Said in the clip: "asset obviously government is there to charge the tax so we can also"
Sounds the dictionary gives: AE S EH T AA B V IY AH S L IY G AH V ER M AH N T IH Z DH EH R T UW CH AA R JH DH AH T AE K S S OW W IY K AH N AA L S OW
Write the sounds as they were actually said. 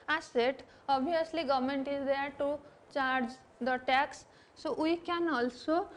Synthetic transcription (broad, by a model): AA S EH T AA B IY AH S L IY G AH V M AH N T IH Z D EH R T UW CH AA R JH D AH T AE K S S OW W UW K AH N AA L S OW